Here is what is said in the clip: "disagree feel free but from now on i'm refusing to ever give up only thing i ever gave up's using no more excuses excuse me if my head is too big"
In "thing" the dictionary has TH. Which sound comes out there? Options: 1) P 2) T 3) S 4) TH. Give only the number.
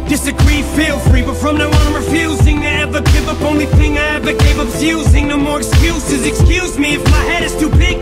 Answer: 4